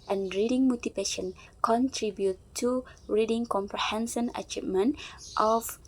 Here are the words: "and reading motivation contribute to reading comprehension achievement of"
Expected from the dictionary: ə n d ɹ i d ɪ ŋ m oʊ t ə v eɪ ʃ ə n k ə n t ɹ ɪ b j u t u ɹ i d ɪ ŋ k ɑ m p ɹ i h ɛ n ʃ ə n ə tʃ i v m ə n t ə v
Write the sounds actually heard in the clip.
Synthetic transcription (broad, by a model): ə n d ɹ i d ɪ ŋ m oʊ t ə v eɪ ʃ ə n k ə n t ɹ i b j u t u ɹ i d ɪ ŋ k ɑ m p ɹ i h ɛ n s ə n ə tʃ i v m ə n t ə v